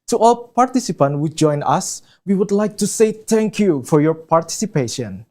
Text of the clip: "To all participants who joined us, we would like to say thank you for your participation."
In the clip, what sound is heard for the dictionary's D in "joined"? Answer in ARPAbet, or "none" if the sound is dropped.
none